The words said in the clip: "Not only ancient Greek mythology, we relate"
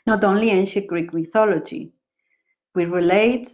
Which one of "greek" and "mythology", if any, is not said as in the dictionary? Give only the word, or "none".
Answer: none